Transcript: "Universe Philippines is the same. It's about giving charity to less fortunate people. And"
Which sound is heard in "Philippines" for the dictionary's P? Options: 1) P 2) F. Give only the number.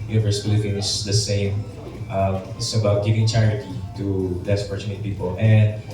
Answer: 2